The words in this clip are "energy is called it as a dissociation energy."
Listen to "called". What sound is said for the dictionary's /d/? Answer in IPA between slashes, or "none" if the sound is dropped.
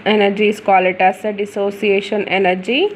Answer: none